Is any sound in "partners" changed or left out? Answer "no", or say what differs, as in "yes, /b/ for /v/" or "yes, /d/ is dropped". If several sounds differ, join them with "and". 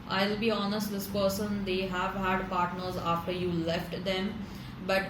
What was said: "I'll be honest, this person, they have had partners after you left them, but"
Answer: no